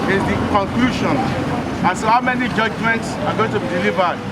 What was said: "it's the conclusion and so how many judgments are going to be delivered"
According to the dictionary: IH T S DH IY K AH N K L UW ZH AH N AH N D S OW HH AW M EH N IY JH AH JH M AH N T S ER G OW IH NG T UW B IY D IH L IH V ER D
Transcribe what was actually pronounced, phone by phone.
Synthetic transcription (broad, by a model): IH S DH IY K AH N K L UW SH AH N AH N S OW HH AW M EH N IY JH AH JH M AH N T S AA G OW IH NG T UW B IY D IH L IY V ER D